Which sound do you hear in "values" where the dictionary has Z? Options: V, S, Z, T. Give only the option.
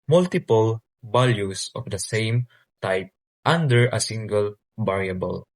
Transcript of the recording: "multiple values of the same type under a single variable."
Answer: S